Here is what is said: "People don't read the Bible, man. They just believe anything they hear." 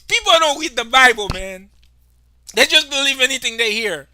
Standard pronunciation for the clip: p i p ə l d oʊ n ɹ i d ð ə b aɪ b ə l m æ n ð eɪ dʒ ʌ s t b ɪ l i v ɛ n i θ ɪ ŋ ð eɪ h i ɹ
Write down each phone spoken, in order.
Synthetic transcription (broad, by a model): p i p l d oʊ n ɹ i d ð ə b aɪ b l m æ n ð eɪ dʒ ʌ s b ɪ l i v ɛ n i θ ɪ ŋ ð eɪ h i ɹ